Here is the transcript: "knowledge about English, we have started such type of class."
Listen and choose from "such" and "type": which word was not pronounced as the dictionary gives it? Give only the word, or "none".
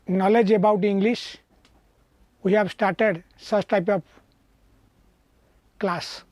such